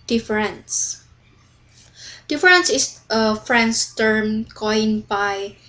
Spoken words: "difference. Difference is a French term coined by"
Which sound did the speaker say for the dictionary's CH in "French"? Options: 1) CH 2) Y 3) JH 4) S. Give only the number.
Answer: 4